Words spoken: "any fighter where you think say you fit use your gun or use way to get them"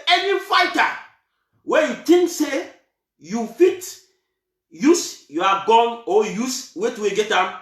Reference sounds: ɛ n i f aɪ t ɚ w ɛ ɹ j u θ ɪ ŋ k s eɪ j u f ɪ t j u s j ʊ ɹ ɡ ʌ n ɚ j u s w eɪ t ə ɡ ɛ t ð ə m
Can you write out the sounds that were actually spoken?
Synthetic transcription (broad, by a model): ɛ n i f aɪ t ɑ w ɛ j u t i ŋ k s eɪ j u f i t j u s j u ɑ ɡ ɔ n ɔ j u s w eɪ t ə ɡ ɛ t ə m